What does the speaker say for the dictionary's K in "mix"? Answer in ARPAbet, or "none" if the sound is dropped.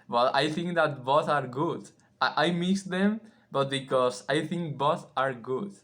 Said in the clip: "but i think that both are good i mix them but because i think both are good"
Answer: none